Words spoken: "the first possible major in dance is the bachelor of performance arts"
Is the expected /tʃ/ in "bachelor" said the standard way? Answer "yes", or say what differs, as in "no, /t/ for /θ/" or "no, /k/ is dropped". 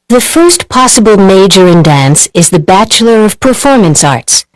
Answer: yes